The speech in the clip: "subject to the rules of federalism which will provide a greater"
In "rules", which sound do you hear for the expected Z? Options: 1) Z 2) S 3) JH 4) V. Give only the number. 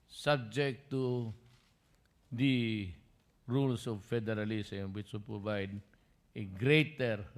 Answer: 2